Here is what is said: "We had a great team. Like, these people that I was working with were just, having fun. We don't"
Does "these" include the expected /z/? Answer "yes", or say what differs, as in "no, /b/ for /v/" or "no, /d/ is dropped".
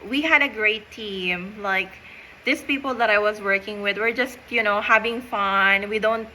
no, /s/ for /z/